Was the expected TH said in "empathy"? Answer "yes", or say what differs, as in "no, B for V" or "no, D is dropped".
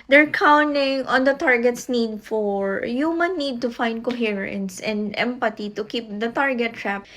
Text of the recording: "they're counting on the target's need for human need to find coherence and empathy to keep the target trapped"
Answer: no, T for TH